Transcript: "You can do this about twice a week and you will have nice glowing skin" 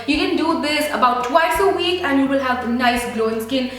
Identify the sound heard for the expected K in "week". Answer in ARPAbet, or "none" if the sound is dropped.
K